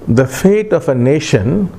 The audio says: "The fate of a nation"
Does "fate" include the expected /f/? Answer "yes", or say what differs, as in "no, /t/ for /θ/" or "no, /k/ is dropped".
yes